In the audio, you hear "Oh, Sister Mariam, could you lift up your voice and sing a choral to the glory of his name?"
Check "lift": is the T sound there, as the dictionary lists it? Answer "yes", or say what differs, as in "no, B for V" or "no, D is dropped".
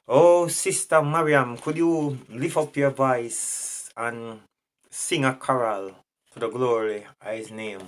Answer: no, T is dropped